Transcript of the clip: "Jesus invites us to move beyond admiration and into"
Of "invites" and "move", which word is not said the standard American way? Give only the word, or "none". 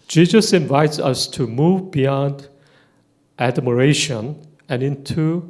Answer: none